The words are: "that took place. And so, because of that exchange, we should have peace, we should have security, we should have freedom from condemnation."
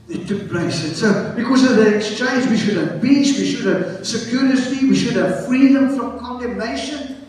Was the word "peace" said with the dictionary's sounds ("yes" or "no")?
no